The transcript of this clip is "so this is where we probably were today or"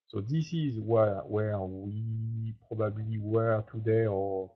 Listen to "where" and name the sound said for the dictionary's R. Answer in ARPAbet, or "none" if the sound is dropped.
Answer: W